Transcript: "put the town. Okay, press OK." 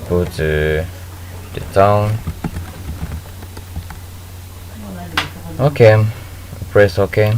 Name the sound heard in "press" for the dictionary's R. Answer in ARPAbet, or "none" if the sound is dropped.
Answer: R